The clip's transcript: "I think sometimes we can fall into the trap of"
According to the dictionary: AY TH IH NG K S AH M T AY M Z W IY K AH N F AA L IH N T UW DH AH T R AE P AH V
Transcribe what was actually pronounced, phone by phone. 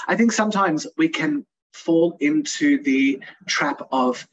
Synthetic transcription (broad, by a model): AY TH IH NG K S AH M T AY M Z W IY K AH N F AA L IH N T UW DH AH T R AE P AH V